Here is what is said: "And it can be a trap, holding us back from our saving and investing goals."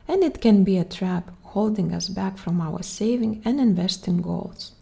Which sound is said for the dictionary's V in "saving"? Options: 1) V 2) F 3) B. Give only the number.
1